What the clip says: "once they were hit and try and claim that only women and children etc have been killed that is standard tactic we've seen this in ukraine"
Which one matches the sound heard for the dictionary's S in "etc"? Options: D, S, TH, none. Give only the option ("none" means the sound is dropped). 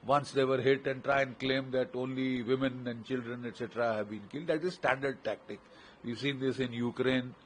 S